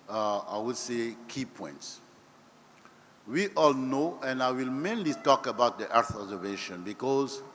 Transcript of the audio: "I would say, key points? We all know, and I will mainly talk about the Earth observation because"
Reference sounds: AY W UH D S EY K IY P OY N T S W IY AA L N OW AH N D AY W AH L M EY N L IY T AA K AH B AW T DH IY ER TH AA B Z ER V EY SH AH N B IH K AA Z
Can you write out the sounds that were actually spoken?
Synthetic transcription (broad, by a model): AY W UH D S EY K IY P OY N T S W IY AA L N OW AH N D AY W AH L M EY N L IY T AA K AH B AW T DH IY ER TH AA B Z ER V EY SH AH N B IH K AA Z